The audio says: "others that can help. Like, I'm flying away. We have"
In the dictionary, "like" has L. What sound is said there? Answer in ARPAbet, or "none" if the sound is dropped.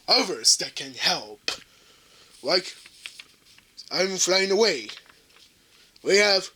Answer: L